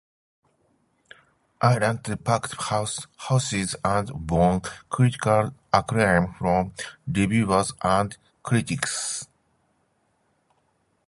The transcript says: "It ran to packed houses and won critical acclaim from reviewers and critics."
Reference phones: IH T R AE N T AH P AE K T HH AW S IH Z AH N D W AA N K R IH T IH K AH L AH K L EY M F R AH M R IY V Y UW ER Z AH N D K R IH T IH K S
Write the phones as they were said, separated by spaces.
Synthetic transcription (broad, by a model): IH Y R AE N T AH P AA K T HH AW S IH Z AH N D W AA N K R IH T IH K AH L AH K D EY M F R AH M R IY B Y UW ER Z AH N D K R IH T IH K S